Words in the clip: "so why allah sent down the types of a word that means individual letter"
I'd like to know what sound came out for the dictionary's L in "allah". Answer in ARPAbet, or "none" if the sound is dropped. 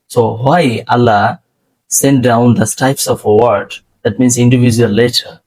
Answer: L